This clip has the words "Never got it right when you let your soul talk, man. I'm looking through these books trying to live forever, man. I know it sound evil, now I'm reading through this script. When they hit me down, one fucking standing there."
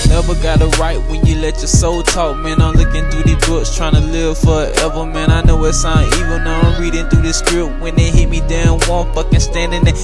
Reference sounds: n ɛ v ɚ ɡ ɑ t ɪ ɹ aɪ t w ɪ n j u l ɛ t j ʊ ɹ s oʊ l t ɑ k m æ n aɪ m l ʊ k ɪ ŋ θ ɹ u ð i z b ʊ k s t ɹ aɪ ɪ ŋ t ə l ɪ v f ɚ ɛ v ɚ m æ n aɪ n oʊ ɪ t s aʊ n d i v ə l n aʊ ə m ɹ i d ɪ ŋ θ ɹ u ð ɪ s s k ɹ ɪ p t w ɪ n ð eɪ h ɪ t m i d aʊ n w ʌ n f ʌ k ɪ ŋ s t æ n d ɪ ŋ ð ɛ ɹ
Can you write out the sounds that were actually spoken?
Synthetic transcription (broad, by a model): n ɛ v ɚ ɡ ɑ t ɪ ɹ aɪ t w ɪ n j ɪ l ɛ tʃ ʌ ɹ s oʊ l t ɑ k m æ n aɪ m l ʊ k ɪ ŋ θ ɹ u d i b ʊ k s t ɹ aɪ ɪ ŋ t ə l ɪ v f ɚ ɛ v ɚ m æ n aɪ n oʊ ɪ t s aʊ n i v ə n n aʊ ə ɹ i d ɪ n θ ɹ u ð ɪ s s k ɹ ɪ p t w ɪ n ð eɪ h ɪ t m i d aʊ n w ʌ n f ʌ k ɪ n s t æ n d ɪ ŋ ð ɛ